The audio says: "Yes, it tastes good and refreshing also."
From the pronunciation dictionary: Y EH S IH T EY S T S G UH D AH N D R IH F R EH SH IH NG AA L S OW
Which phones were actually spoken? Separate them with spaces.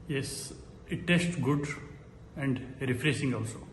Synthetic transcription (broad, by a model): Y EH S IH T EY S T G UH D AH N D R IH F R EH S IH NG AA L S OW